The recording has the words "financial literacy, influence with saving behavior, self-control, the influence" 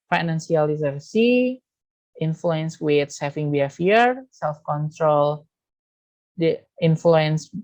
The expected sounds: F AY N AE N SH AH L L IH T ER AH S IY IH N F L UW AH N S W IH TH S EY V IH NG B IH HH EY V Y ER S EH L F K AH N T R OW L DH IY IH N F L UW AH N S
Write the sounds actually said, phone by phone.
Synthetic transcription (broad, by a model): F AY N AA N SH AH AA L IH S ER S IY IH N F L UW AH N S W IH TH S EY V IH NG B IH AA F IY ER S EH L F K AH N T R OW L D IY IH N F L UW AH N S